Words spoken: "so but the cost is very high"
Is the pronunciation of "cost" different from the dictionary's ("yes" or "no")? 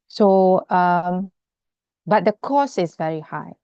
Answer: yes